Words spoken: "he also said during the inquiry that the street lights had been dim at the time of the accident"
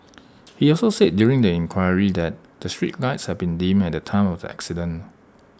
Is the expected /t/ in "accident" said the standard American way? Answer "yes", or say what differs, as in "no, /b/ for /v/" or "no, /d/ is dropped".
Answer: no, /t/ is dropped